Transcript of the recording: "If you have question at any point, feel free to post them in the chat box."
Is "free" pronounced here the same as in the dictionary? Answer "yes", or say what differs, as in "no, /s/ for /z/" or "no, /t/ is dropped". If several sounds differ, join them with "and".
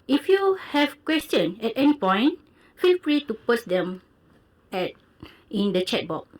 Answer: no, /p/ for /f/